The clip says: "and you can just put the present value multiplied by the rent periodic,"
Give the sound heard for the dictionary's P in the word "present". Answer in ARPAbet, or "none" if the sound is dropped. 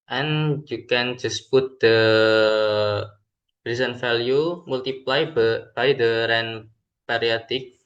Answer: B